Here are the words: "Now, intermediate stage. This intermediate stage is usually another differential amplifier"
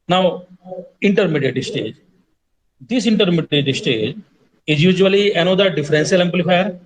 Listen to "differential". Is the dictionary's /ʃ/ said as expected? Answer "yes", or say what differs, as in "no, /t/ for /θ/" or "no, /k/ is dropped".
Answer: no, /s/ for /ʃ/